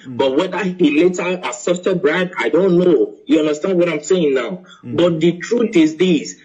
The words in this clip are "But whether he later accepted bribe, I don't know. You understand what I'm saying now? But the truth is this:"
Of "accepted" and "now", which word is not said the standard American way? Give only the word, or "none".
accepted